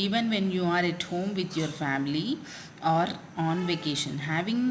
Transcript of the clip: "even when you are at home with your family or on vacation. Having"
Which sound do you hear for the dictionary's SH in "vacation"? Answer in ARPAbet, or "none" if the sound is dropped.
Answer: SH